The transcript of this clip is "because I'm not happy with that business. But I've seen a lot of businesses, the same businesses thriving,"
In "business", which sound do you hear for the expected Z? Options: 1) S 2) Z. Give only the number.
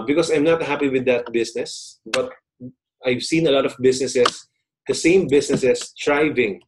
1